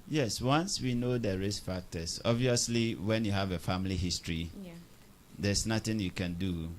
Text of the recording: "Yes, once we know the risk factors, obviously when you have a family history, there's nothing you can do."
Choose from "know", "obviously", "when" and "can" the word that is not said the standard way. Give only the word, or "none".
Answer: none